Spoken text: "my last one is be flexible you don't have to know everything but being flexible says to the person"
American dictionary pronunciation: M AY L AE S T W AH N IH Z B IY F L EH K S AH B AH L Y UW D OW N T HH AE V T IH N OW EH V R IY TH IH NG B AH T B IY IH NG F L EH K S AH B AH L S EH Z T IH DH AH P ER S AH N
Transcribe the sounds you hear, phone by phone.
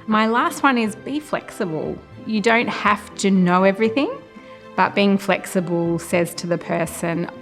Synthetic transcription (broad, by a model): M AY L AE S T W AH N IH Z B IY F L EH K S AH B AH L Y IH D OW N T HH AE F T IH N OW EH V R IY TH IH NG B AH T B IY IH NG F L EH K S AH B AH L S EH Z T IH DH AH P ER S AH N